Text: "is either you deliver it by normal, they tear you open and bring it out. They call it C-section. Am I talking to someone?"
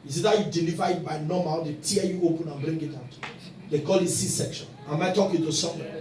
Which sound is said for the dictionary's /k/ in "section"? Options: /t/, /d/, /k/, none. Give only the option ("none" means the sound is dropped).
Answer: /k/